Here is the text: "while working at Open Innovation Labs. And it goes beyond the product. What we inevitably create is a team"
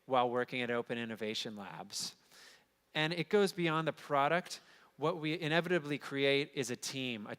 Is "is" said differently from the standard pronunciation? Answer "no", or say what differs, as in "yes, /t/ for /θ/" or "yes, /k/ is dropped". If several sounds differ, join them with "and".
no